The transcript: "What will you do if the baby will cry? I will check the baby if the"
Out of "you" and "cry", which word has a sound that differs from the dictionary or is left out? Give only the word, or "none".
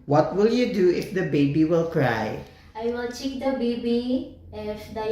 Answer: none